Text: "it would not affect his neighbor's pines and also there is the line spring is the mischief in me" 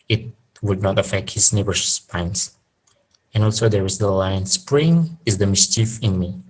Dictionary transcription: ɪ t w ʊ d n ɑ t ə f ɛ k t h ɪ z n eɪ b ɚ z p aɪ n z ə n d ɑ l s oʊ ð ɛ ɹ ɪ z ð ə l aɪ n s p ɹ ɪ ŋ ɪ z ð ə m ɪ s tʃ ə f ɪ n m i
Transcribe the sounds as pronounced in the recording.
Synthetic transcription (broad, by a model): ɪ t w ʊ d n ɑ t ə f ɛ k t h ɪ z n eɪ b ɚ s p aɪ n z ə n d ɑ l s oʊ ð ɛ ɹ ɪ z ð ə l aɪ n s p ɹ ɪ ŋ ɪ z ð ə m ɪ s tʃ ə f ɪ n m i